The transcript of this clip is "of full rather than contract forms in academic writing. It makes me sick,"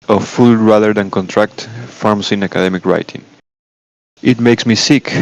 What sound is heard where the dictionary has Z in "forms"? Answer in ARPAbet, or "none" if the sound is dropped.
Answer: S